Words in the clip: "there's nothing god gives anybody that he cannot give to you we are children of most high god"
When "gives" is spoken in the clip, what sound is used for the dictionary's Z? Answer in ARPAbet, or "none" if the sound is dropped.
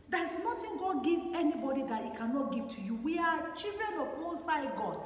none